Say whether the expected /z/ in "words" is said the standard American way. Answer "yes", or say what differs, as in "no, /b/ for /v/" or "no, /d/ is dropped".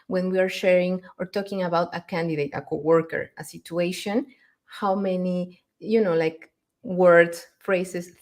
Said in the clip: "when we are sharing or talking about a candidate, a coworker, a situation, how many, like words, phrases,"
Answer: no, /z/ is dropped